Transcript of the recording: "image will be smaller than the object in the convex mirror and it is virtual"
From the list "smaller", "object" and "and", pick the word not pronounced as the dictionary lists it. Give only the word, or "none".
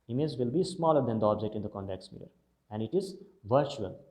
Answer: none